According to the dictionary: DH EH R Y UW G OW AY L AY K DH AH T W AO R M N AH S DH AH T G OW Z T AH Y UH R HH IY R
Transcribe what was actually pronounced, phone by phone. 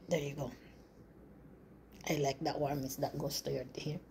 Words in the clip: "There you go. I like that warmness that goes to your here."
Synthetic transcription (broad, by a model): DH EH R Y UW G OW AY L AY K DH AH T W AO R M AH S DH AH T G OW S T AH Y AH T HH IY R